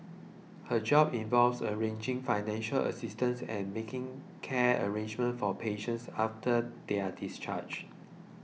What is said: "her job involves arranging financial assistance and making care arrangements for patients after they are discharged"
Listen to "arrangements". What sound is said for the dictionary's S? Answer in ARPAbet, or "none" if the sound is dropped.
none